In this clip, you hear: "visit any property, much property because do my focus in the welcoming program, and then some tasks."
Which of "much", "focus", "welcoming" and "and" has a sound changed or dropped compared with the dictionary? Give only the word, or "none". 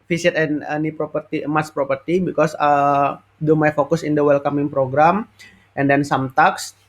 much